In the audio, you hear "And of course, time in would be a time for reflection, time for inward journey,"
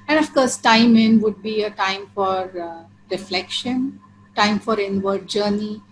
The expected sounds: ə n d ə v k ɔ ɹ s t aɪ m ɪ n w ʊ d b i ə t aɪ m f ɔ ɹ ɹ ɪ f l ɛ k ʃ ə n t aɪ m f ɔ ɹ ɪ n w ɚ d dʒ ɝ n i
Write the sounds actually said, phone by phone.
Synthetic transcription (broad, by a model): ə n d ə f k ɔ ɹ s t aɪ m ɪ n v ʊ d b i ə t aɪ m f ɔ ɹ ɹ ɪ f l ɛ k ʃ ə n t aɪ m f ɔ ɹ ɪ n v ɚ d dʒ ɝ n i